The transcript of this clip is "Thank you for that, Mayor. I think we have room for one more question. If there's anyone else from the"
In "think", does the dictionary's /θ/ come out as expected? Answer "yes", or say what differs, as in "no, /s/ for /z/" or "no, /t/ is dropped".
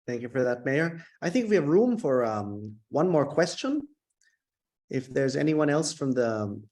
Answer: yes